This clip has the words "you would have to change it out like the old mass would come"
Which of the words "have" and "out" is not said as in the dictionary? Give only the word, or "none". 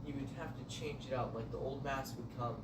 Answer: have